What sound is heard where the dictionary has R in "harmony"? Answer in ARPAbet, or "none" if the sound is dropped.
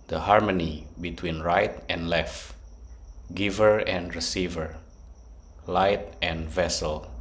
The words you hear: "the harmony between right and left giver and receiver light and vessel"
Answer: R